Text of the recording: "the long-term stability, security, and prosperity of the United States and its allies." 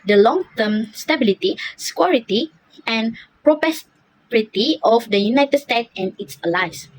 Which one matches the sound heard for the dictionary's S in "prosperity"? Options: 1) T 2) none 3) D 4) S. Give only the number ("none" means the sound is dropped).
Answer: 2